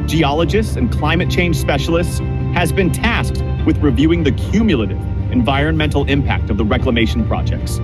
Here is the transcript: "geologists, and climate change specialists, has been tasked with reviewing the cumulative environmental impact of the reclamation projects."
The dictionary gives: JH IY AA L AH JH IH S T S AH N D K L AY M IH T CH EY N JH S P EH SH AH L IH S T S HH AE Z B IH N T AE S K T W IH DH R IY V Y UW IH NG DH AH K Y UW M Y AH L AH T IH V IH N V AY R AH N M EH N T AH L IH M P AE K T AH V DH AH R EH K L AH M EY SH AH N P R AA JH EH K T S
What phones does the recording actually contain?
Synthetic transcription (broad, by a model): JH IY AA L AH JH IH S T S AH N K L AY M IH T CH EY N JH S P EH SH L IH S T S HH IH Z B IH N T AE S K T W IH DH R IY V Y UW IH NG DH AH K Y UW M Y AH L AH T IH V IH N V AY R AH N M EH N T L IH M P AE K T AH V DH AH R EH K L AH M EY SH N P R AA JH EH K T S